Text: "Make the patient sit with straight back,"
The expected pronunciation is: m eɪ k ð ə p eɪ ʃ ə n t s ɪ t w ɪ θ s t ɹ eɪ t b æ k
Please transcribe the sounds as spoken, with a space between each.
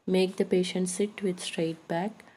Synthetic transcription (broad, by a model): m eɪ k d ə p eɪ ʃ ə n t s ɪ t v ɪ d s t ɹ eɪ t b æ k